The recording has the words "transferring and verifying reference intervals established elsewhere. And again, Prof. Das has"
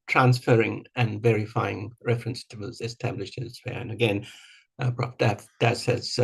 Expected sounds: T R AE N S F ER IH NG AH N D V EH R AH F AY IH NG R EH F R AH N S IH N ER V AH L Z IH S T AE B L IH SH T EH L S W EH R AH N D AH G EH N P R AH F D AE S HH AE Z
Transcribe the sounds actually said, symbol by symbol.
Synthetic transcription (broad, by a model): T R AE N S F ER IH NG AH N V EH R AH F AY IH NG R EH F R AH N S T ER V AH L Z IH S T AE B L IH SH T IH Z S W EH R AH N AH G EH N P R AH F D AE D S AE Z